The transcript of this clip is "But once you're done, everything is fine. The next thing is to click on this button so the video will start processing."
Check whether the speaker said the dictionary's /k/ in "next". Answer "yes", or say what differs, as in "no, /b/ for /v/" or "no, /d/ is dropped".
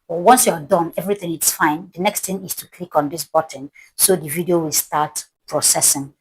yes